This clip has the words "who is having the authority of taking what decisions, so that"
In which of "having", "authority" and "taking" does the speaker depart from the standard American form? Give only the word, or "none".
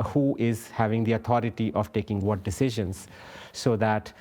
authority